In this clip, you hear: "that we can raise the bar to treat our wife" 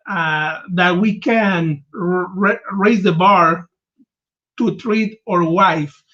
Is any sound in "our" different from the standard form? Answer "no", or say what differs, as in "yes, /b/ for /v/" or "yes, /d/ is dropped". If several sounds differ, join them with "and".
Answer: no